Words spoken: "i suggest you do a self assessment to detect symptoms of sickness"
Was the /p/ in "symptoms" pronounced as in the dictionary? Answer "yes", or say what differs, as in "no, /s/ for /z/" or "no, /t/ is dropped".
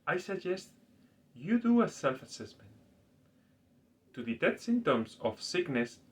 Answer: no, /p/ is dropped